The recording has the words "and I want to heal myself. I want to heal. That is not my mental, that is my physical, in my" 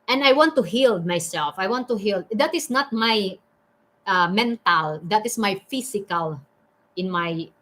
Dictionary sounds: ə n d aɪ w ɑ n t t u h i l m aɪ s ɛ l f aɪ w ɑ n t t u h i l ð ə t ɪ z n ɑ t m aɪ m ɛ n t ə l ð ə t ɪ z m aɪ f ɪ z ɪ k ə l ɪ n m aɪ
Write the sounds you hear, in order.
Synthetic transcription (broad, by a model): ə n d aɪ w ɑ n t t u h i l m aɪ s ɛ l f aɪ w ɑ n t t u h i l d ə t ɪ s n ɑ t m aɪ m ɛ n t ə l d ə t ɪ s m aɪ f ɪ s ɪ k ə l ɪ n m aɪ